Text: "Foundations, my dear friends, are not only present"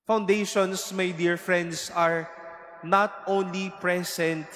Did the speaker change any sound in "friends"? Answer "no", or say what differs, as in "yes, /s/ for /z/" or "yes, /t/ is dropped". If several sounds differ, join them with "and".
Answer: yes, /s/ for /z/